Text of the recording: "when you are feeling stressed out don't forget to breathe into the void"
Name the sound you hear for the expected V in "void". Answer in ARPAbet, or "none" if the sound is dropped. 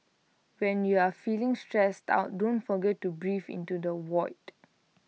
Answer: W